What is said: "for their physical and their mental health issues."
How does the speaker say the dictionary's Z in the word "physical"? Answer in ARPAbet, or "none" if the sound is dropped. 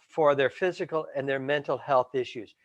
Z